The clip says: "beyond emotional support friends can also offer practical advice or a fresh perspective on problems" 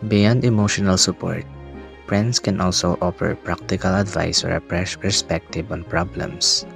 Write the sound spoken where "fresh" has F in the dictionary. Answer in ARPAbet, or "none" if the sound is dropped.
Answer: P